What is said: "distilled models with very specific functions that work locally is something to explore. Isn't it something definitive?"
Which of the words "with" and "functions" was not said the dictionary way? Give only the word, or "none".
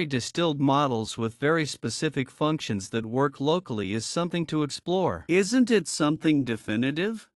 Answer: none